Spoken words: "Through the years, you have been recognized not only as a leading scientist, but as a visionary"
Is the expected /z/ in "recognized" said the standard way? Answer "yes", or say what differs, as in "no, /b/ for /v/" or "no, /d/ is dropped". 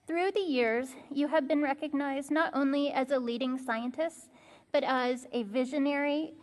yes